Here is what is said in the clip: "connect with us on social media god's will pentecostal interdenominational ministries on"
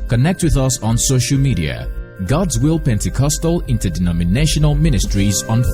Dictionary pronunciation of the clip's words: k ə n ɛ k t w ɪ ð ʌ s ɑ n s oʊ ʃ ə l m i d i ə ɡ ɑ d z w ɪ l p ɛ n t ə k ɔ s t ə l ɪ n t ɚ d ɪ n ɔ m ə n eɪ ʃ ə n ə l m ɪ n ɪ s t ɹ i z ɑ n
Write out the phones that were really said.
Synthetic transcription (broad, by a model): k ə n ɛ k t w ɪ ð ʌ s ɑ n s oʊ ʃ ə l m i d i ə ɡ ɑ d z w ɪ l p ɛ n t ə k ɔ s t ə l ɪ n t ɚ d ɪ n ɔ m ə n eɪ ʃ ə n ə l m ɪ n ɪ s t ɹ i z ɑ n